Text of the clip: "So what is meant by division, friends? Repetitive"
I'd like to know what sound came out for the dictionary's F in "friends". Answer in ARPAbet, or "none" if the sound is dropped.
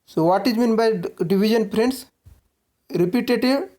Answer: P